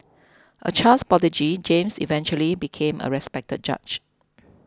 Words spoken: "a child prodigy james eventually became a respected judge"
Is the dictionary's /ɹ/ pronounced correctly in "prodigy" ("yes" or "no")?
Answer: no